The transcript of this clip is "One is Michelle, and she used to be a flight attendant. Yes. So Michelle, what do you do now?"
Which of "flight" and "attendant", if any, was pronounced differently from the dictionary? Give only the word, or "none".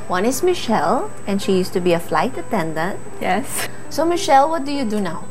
none